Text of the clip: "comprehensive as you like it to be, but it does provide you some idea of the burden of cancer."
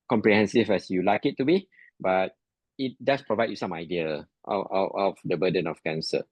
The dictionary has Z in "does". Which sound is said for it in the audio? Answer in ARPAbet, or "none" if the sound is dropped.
S